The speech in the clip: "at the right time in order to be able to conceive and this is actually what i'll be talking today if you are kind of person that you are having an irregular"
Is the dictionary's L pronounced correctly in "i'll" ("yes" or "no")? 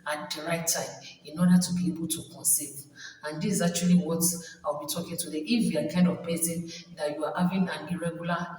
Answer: no